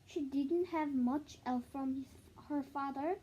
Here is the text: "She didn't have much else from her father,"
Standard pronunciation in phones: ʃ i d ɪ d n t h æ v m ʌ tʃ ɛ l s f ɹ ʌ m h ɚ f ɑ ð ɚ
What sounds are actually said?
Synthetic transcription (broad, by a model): ʃ i d ɪ d n t h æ v m ʌ tʃ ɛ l θ f ɹ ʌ m h ɚ f ɑ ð ɚ